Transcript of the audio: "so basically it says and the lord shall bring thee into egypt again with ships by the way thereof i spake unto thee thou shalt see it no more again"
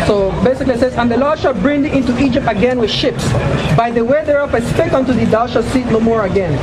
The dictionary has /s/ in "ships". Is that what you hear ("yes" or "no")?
yes